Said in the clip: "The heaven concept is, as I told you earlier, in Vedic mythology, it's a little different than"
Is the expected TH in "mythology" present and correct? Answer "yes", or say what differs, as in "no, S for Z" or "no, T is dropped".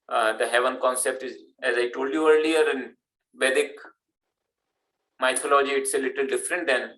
no, T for TH